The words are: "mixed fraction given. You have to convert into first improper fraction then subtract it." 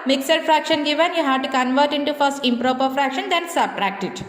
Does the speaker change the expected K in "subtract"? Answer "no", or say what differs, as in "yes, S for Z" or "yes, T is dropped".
no